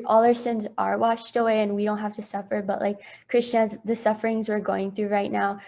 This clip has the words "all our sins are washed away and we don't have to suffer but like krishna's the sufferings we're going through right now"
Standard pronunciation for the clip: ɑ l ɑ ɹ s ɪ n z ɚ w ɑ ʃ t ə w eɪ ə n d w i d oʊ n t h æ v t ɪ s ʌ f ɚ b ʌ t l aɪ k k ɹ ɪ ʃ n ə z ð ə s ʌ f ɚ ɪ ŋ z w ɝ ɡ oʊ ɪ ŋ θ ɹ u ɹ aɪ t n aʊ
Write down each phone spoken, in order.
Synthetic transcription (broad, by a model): ɑ l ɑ ɹ s ɪ n z ɚ w ɑ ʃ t ə w eɪ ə n w i d oʊ n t h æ f t ɪ s ʌ f ɚ b ʌ t l aɪ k k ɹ ɪ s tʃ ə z ð ə s ʌ f ɚ ɪ ŋ z w ɝ ɡ oʊ ɪ ŋ θ ɹ u ɹ aɪ t n aʊ